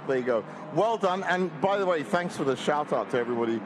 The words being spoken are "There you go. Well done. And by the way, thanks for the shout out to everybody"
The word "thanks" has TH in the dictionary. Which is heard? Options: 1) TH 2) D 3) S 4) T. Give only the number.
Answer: 1